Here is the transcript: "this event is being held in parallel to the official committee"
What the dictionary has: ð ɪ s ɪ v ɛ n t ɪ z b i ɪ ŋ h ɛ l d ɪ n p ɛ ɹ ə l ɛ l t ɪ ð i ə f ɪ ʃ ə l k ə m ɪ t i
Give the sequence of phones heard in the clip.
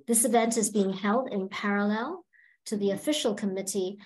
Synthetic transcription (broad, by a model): ð ɪ s ɪ v ɛ n t ɪ z b i ɪ ŋ h ɛ l d ɪ n p ɛ ɹ ə l ɛ l t ɪ ð i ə f ɪ ʃ l k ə m ɪ t i